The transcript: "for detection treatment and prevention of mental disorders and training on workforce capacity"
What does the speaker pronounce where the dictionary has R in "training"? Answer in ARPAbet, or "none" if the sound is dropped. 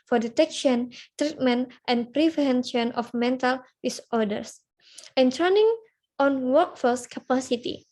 none